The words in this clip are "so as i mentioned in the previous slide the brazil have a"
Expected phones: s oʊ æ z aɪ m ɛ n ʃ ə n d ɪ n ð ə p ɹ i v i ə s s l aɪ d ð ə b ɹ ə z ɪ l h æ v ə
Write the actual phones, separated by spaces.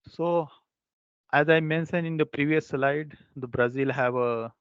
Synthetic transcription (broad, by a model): s oʊ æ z aɪ m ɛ n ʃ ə n ɪ n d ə p ɹ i v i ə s s l aɪ d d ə b ɹ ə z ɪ l h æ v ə